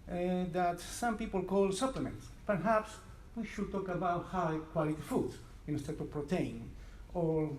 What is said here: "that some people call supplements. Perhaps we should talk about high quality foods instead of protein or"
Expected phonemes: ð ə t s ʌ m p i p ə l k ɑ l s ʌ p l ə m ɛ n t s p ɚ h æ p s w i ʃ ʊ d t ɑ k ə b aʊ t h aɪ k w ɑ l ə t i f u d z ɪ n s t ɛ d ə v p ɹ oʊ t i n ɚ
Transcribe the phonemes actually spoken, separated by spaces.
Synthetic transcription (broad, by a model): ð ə t s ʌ m p i p ə l k ɑ l s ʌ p l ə m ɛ n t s p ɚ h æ p s w i ʃ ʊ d t ɑ k ə b aʊ t h aɪ k w ɑ l ə t i f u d ɪ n s t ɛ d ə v p ɹ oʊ t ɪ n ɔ